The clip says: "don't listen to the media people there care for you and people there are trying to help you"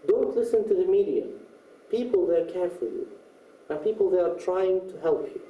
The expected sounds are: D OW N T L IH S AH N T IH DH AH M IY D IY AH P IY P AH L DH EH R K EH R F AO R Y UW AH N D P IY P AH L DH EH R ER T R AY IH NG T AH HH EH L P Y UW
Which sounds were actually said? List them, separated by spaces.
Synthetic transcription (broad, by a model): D OW N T L IH S AH N T IH DH AH M IY D IY AH P IY P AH L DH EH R K EH R F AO L Y UW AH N P IY P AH L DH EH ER T R AY IH NG T AH HH EH L P Y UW